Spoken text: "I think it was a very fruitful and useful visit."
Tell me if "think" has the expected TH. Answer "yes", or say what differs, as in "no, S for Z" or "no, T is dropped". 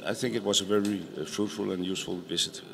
yes